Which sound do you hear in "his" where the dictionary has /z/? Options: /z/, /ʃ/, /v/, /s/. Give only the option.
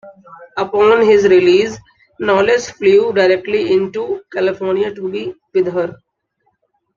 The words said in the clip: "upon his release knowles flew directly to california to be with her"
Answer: /z/